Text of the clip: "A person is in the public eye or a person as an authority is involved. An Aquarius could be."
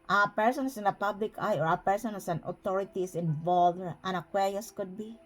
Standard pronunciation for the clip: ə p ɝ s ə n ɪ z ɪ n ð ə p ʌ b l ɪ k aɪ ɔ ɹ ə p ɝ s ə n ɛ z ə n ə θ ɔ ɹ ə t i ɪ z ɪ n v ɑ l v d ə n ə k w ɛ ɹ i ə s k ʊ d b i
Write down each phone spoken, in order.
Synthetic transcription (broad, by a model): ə p ɝ s ə n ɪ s ɪ n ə p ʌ b l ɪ k aɪ ɔ ɹ ə p ɝ s ə n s ə n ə t ɔ ɹ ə t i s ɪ n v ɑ l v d ə n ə k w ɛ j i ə s k ʊ d b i